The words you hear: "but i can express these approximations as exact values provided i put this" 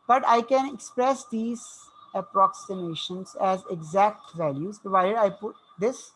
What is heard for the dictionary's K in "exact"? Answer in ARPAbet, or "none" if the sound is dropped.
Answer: K